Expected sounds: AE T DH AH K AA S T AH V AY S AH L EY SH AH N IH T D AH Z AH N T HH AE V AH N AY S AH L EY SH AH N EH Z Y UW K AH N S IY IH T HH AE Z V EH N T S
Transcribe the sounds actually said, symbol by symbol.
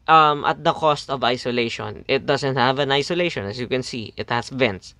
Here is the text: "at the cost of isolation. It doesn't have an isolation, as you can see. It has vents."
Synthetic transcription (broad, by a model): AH T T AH K AA S T AH V AY S AH L EY SH AH N IH T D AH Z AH N T HH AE V AH N AY S AH L EY SH AH N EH S Y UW K AH N S IY IH T HH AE S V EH N T S